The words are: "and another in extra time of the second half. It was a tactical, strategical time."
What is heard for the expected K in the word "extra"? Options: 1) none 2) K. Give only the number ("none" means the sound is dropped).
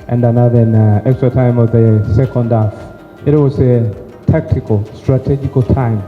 2